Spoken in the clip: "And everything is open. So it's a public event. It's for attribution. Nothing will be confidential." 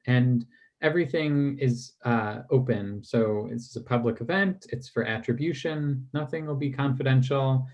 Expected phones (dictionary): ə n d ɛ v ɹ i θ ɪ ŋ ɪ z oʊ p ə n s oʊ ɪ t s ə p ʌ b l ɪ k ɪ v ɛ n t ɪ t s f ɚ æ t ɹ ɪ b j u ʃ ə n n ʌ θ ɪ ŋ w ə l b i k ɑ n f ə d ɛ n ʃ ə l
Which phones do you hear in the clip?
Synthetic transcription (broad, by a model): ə n ɛ v ɹ i θ ɪ ŋ ɪ z oʊ p ə n s oʊ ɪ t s ə p ʌ b l ɪ k ɪ v ɛ n t ɪ t s f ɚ æ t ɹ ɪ b j u ʃ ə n n ʌ θ ɪ ŋ w ə l b i k ɑ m f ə d ɛ n ʃ l